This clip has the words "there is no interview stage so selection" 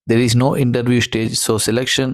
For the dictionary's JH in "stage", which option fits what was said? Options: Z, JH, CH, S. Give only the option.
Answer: JH